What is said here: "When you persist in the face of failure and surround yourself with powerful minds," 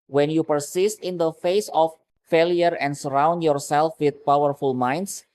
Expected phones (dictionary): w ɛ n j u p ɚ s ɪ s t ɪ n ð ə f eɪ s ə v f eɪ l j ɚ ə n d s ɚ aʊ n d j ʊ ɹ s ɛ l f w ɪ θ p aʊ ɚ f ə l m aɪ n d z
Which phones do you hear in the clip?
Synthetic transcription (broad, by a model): w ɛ n j u p ɚ s ɪ s t ɪ n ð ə f eɪ s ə f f eɪ l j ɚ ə n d s ɚ aʊ n d j ʊ ɹ s ɛ l f w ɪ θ p aʊ ɚ f ə l m aɪ n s